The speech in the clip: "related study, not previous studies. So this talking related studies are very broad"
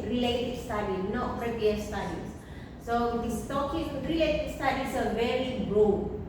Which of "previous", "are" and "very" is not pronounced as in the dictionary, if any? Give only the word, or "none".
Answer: previous